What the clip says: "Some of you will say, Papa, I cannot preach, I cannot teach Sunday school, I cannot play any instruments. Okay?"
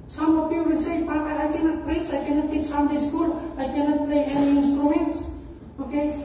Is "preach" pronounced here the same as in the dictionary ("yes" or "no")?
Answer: no